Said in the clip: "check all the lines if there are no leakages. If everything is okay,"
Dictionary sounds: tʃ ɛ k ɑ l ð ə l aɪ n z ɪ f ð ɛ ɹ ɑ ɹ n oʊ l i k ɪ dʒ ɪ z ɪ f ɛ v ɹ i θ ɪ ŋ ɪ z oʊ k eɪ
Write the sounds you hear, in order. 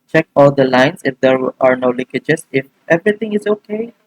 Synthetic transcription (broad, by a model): tʃ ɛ k ɑ l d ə l aɪ n s ɪ f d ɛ ɹ ɑ ɹ n oʊ l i k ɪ dʒ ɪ s ɪ f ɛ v ɹ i t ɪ ŋ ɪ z oʊ k eɪ